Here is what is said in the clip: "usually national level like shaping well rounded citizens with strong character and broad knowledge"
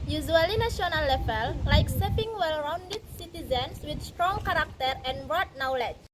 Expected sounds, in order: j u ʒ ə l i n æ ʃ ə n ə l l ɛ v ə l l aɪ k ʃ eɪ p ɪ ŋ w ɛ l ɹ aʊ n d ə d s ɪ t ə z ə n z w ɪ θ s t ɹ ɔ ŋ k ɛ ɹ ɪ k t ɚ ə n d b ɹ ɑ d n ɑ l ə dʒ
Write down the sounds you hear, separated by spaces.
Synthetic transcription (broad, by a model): j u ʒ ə l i n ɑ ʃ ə n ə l l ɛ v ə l l aɪ k s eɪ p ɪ ŋ w ɛ l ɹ aʊ n d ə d s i t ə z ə n s w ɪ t s t ɹ ɔ ŋ k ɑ ɹ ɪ k t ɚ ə n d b ɹ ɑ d n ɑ l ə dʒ